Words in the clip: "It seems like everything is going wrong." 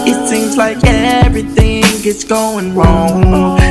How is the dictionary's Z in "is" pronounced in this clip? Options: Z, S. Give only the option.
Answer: S